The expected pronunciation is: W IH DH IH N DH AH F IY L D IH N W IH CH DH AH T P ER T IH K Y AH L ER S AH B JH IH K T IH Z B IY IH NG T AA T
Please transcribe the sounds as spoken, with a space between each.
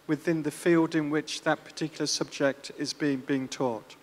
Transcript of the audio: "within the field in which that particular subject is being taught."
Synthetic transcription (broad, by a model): W IH DH IH N DH AH F IY L D IH N W IH CH DH AH T P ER T IH K Y L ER S AH B JH IH K T IH Z B IY IH NG T AA T